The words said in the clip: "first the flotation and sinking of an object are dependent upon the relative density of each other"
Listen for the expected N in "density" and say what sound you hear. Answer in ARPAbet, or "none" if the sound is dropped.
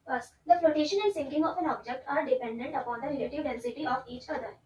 N